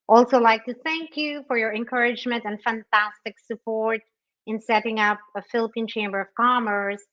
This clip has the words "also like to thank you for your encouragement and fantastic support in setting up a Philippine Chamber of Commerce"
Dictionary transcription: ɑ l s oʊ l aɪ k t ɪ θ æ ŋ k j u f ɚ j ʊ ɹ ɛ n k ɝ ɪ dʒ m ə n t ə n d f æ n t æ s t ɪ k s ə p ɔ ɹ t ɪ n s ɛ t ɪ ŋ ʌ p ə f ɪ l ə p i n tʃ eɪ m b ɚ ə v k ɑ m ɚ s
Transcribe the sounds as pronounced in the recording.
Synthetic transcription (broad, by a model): ɑ l s oʊ l aɪ k t ɪ θ æ ŋ k j u f ɚ j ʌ ɹ ɛ n k ɝ ɪ dʒ m ə n t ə n f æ n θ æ s t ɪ k s ə p ɔ ɹ t ɪ n s ɛ t ɪ ŋ ʌ p ə f ɪ l ə p i n tʃ eɪ m b ɚ ə v k ɑ m ɚ s